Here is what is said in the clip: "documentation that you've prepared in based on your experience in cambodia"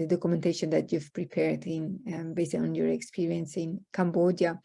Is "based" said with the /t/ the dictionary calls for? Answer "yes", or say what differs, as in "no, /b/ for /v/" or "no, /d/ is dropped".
no, /t/ is dropped